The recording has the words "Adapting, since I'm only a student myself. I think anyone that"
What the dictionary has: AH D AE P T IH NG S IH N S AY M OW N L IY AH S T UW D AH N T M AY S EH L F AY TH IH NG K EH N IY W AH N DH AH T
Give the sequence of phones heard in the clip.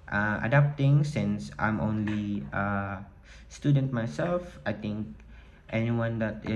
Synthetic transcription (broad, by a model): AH D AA P T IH NG S IH N S AY M OW N L IY AH S T UW D AH N T M AY S EH L F AY T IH NG K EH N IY W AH N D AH T